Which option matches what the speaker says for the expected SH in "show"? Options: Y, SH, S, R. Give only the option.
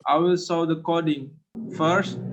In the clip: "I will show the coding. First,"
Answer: S